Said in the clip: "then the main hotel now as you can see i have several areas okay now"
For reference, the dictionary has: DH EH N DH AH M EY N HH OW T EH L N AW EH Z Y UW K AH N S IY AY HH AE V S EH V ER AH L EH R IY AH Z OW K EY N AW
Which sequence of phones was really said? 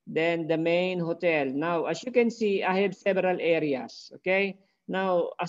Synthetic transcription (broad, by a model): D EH N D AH M EY N HH OW T EH L N AW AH S Y UW K AH N S IY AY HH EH B S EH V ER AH L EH R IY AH S OW K EY N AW